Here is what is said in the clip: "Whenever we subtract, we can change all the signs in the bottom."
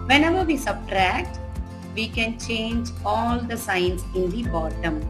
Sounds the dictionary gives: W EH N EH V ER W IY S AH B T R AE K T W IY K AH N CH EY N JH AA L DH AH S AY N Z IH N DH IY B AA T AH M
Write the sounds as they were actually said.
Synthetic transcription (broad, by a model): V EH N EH V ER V IY S AH B T R AE K T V IY K AH N CH EY N JH AA L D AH S AY N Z IH N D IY B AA T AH M